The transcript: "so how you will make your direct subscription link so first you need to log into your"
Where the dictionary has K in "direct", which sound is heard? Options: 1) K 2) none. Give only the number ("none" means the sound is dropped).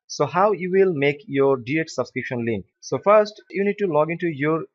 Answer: 2